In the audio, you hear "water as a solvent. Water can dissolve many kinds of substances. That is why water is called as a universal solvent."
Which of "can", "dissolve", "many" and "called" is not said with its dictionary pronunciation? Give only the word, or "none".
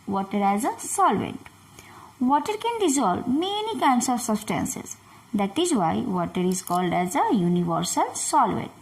dissolve